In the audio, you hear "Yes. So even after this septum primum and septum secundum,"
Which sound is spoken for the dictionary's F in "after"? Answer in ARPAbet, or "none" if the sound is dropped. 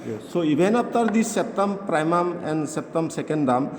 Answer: P